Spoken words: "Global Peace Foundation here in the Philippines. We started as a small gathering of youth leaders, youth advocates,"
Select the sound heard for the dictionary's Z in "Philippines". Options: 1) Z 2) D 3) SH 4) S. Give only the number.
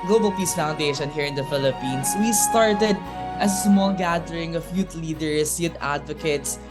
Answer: 4